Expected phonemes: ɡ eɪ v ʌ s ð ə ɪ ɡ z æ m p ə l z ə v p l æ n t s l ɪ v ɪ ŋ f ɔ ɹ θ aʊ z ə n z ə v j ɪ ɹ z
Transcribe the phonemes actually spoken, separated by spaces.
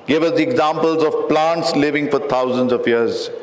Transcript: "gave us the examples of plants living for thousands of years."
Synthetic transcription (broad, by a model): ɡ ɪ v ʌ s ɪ ɡ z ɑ m p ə l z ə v p l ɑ n t s l ɪ v ɪ ŋ f ɔ ɹ t aʊ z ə n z ə v j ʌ ɹ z